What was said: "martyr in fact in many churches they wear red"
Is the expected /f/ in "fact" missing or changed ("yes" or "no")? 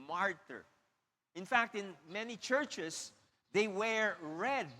no